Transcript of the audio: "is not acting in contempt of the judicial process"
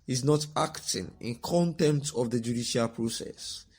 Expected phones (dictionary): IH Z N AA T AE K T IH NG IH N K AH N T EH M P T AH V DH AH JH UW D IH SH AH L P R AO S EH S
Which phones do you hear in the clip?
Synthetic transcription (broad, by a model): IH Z N AA T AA K T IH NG IH N K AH N T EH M T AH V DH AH JH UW D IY SH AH L P R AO S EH S